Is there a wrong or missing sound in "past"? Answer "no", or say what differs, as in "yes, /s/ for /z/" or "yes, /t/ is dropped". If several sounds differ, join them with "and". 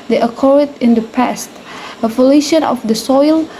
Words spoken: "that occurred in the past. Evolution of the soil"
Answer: no